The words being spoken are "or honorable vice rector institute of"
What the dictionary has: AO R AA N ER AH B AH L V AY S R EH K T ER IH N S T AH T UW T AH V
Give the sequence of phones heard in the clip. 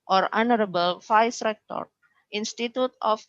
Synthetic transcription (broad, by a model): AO R AA N ER AH B AH L F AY S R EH K T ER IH N S T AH T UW T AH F